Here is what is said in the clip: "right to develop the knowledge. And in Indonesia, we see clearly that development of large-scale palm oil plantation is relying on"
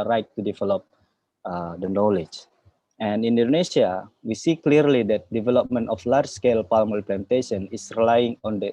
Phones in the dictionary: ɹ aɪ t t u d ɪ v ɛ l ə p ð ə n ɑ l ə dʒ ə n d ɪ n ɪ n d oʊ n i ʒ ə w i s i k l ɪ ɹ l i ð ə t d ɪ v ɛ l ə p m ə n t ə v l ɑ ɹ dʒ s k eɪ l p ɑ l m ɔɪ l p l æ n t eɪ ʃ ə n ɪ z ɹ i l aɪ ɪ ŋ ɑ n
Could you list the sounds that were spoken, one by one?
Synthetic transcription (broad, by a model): ɹ aɪ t t u d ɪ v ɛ l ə p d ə n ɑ l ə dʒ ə n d ɪ n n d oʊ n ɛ s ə w i s i k l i ɹ l i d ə t d ɪ v ɛ l ə p m ə n t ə f l ɑ ɹ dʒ s k eɪ l p ɑ l m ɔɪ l p l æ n t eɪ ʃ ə n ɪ s ɹ i l aɪ ɪ ŋ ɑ n